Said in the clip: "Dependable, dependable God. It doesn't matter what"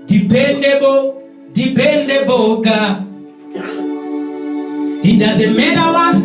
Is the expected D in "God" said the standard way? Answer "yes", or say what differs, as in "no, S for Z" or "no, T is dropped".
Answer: no, D is dropped